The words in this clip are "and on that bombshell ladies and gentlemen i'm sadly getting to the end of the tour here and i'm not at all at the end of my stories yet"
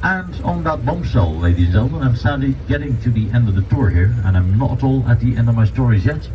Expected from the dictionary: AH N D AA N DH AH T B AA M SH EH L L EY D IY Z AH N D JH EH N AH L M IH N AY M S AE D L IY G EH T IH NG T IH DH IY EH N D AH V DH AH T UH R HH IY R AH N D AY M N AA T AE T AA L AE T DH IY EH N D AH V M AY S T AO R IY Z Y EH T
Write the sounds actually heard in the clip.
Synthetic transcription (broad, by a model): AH N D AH N DH AH T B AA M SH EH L L EY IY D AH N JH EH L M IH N AY M S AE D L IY G EH T IH NG T IH DH IY EH N D AH V DH AH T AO R HH IY R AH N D AY M N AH T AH T AA L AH T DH IY EH N D AH V M AY S T AO R IY Z Y EH T